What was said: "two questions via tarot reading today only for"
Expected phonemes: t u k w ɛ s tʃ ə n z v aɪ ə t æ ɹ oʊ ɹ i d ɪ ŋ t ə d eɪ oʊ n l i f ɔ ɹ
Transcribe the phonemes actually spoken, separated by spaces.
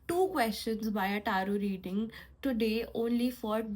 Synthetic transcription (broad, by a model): t u k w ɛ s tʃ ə n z b aɪ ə t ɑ ɹ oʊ ɹ i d ɪ ŋ t ə d eɪ oʊ n l i f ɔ ɹ